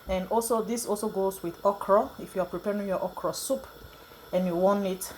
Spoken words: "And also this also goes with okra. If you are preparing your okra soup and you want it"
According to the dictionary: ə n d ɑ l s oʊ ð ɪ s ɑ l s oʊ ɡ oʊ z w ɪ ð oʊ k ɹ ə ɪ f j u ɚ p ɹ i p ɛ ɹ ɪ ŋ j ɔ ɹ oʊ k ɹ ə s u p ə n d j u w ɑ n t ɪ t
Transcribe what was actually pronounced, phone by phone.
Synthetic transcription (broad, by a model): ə n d ɑ l s oʊ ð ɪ s ɑ l s oʊ ɡ oʊ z w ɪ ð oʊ k ɹ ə ɪ f j u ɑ p ɹ i p ɛ ɹ ɪ ŋ j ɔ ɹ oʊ k ɹ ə s u p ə n j u w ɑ n ɪ t